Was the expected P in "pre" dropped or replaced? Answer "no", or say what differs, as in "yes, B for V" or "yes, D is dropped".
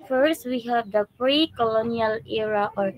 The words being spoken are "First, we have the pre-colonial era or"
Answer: no